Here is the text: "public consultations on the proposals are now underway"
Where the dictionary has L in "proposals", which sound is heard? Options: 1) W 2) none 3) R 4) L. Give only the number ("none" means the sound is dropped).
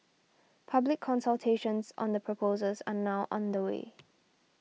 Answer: 2